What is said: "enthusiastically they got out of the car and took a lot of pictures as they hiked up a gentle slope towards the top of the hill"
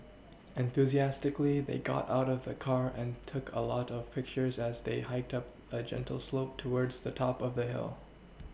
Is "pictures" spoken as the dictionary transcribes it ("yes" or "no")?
yes